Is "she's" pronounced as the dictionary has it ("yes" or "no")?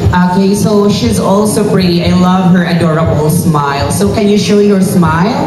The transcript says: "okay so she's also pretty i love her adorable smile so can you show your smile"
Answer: yes